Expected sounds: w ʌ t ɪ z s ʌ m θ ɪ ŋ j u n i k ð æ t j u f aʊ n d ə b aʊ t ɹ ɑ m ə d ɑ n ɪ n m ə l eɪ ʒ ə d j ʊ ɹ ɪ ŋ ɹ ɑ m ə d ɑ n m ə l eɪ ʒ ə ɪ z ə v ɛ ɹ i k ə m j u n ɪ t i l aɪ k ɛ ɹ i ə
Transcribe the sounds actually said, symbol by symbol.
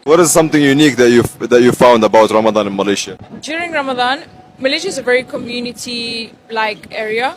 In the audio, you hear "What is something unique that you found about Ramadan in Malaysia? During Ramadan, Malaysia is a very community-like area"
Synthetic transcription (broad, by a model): w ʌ t ɪ z s ʌ m θ ɪ ŋ j u n i k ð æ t j u f aʊ n d ə b aʊ t ɹ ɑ m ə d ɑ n ɪ n m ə l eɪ ʃ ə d j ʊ ɹ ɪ ŋ ɹ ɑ m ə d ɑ n m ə l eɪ ʃ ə ɪ z ə v ɛ ɹ i k ə m j u n ɪ t i l aɪ k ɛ ɹ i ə